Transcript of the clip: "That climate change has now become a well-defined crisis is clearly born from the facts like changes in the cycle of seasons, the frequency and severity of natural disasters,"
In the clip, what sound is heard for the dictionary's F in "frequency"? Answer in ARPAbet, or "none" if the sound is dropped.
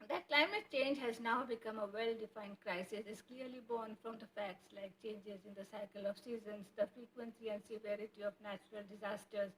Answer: F